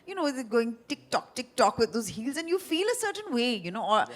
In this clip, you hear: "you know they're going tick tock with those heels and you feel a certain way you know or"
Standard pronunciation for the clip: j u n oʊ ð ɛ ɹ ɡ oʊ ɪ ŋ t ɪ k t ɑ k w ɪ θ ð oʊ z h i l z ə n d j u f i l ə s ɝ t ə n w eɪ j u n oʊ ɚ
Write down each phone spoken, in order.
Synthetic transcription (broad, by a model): j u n oʊ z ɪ ɡ oʊ ɪ ŋ t ɪ k t ɑ k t ɪ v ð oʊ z h i l z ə n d j u f i l ə s ɝ t ə n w eɪ j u n oʊ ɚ